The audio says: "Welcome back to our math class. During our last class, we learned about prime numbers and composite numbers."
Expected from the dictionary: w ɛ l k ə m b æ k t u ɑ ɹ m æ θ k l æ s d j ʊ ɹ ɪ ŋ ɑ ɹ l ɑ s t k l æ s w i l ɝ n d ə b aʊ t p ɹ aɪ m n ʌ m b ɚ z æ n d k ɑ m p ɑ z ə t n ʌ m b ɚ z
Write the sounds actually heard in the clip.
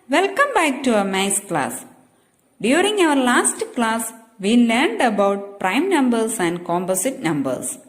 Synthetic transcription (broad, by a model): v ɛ l k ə m b æ k t u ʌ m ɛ s k l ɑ s d j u ɹ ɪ ŋ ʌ ɹ l ɑ s t k l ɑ s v i l ɝ n d ə b aʊ t p ɹ aɪ m n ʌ m b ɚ s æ n d k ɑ m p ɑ s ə t n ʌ m b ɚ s